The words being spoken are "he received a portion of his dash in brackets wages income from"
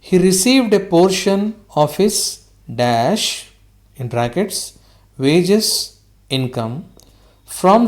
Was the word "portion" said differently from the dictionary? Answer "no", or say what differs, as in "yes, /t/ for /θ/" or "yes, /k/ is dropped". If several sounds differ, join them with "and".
no